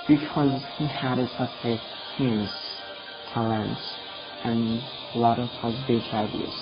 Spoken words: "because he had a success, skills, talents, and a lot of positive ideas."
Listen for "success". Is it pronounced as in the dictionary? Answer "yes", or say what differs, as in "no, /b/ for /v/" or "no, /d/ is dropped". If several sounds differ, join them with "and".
no, /k/ is dropped